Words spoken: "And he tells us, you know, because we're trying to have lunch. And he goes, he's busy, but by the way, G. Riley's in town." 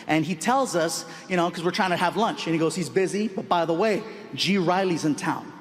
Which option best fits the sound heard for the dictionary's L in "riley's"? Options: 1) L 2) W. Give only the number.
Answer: 1